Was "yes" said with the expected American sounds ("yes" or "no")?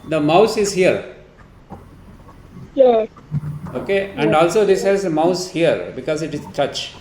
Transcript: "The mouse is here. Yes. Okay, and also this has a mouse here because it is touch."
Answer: no